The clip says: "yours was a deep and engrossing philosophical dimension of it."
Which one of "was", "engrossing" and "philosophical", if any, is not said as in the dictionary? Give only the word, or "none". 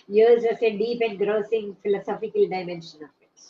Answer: was